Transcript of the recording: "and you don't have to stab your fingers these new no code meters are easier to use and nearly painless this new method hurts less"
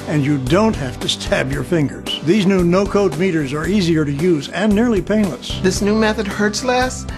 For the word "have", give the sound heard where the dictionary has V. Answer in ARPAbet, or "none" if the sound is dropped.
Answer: F